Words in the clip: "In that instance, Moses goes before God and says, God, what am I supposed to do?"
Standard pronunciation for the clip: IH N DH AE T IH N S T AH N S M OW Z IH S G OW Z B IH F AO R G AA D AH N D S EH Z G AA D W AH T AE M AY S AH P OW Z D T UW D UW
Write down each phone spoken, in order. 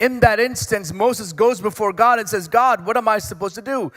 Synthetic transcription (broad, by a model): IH N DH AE T IH N S T AH N S M OW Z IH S G OW Z B IH F AO R G AA D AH N S EH Z G AA D W AH T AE M AY S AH P OW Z T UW D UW